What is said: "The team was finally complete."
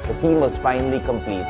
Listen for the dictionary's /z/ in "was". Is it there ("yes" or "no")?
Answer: no